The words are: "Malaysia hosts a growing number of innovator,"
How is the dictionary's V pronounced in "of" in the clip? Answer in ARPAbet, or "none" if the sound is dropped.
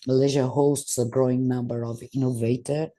V